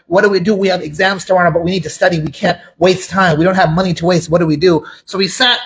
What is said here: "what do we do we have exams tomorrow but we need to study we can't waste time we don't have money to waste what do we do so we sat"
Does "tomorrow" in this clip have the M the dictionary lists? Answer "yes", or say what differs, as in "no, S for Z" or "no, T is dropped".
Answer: no, M is dropped